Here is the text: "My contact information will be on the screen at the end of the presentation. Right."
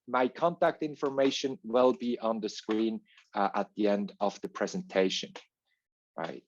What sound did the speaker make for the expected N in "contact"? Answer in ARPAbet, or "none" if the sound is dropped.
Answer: N